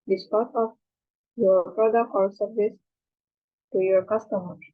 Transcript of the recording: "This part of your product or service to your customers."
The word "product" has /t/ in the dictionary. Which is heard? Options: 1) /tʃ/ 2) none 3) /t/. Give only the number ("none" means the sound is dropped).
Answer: 2